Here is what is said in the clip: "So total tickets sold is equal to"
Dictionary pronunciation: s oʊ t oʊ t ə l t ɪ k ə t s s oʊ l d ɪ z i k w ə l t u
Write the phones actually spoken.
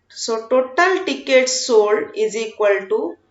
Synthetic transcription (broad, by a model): s oʊ t oʊ t ə l t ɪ k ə t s s oʊ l ɪ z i k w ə l t u